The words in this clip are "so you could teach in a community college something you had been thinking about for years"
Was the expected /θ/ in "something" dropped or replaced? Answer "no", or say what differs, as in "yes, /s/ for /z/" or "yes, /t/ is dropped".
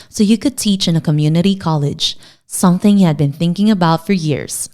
no